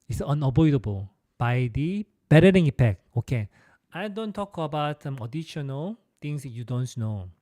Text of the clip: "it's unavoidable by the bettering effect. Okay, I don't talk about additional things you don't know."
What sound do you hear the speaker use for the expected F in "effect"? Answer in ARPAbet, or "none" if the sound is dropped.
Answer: P